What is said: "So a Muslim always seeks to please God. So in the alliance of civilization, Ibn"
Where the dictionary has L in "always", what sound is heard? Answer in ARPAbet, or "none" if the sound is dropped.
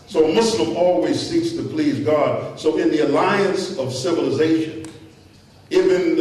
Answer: L